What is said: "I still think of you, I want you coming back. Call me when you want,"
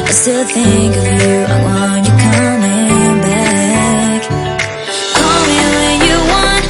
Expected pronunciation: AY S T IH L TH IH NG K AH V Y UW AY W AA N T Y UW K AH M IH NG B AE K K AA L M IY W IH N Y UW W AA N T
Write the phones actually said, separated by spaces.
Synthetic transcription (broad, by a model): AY S T IH L TH IH NG K AH V Y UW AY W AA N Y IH K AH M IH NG B AE K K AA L M IY W IH N Y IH W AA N